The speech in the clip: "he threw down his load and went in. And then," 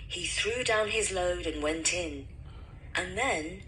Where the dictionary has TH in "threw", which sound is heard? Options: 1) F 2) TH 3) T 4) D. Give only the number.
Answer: 2